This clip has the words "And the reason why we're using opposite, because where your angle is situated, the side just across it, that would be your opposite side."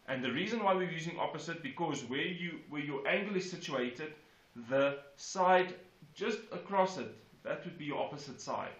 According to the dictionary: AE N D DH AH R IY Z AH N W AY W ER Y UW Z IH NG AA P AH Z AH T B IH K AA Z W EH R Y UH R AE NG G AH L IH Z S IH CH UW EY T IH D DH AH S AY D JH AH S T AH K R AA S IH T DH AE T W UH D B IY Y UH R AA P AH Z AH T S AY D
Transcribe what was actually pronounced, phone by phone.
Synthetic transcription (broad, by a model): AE N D DH AH R IY Z AH N W AY W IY Y UW Z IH NG AA P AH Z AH T B IH K AA Z W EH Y Y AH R AE NG G AH L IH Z S IH CH UW EY T IH D DH AH S AY D JH AH S T AH K R AA S IH T DH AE T W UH D B IY Y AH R AA P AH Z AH T S AY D